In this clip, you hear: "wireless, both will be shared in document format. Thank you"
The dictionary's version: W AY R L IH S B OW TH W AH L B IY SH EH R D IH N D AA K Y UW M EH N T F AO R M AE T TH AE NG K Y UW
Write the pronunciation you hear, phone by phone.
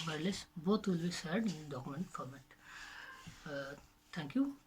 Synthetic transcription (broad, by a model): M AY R L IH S B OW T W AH L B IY S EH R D IH N D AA K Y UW M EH N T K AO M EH T T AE NG K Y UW